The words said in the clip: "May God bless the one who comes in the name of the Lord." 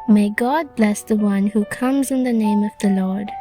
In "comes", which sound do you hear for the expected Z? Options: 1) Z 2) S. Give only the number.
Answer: 1